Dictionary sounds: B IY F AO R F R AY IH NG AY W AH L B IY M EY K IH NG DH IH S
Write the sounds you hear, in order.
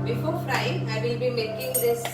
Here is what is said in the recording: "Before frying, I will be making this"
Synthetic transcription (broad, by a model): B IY F AO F R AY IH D AY W AH L B IY M EY K IH NG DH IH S